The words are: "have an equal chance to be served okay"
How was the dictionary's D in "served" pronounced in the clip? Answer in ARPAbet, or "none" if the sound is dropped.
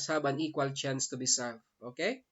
none